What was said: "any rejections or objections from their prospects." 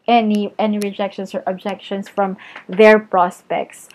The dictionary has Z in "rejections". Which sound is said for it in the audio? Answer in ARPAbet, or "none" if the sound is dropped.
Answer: S